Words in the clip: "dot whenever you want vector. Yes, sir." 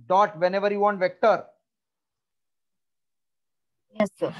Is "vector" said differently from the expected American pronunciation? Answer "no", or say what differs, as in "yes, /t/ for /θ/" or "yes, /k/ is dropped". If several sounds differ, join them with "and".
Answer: no